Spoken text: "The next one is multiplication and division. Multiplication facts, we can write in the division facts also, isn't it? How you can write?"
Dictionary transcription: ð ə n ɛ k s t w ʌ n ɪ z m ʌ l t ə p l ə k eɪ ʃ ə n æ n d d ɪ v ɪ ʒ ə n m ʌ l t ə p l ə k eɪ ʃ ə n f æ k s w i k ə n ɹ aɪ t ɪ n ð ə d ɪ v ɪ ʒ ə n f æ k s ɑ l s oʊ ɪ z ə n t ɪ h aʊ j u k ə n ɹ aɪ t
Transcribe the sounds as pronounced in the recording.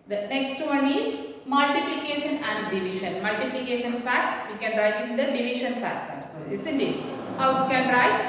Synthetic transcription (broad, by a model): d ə n ɛ k s t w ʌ n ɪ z m ʌ l t ə p l ə k eɪ ʃ ə n æ n d d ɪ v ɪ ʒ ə n m ʌ l t ə p l ə k eɪ ʃ ə n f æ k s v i k ə n ɹ aɪ t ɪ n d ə d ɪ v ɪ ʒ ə n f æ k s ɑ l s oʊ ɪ s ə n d ɪ h aʊ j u k ə n ɹ aɪ t